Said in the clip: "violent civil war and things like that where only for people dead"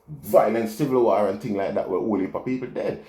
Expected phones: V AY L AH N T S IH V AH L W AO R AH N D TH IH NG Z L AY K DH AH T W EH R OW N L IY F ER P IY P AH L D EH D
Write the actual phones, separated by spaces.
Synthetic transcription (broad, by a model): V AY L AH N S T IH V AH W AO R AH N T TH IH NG L AY K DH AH T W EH W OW L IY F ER P IY P AH L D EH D